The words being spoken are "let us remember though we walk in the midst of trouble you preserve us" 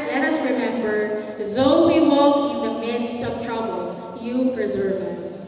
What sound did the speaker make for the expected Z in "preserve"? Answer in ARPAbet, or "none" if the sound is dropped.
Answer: Z